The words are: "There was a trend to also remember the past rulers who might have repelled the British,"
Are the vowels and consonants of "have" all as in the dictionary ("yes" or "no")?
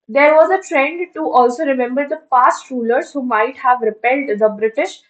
yes